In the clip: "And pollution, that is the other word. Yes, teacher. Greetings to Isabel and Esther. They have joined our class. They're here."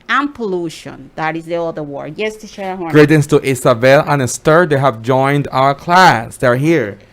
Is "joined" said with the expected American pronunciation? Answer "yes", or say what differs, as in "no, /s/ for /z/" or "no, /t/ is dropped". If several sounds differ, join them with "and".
yes